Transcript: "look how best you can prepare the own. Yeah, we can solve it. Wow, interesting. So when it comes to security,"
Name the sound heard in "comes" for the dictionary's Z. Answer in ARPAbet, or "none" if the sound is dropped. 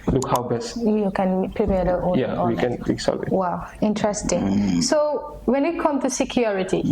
none